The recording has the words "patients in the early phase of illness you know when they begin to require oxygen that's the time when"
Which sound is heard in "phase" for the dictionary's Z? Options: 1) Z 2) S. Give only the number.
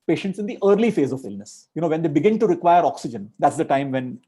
1